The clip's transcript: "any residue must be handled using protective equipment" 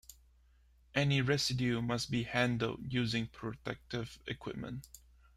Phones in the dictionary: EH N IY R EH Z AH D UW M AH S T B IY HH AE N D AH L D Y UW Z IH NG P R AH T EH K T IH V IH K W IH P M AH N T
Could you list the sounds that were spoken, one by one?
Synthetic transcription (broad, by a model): EH N IY R EH S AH D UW M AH S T B IY HH AE N D AH L D Y UW Z IH NG P R AH T EH K T IH V IH K W IH P M AH N T